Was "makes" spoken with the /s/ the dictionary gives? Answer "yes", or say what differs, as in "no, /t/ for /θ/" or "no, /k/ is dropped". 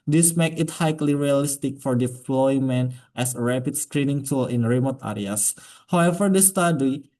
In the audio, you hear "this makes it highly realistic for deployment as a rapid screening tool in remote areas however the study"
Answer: no, /s/ is dropped